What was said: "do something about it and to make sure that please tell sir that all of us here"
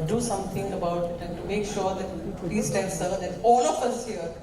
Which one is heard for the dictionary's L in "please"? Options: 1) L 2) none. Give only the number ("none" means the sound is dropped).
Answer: 2